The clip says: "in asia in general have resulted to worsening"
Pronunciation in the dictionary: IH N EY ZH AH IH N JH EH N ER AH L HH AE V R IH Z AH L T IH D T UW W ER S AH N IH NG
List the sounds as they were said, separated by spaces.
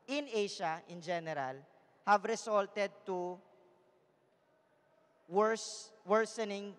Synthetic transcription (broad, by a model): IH N EY SH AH IH N JH EH N ER AH L HH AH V R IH S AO L T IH D T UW W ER S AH N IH NG